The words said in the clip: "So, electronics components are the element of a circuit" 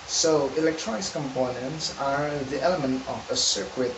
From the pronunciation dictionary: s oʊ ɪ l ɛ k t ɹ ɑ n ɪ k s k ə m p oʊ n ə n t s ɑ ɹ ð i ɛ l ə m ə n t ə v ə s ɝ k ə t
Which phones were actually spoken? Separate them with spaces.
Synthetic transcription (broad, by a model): s oʊ ɪ l ɛ k t ɹ ɑ n ɪ k s k ə m p oʊ n ə n t s ɑ ɹ ð i ɛ l ə m ə n t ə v ə s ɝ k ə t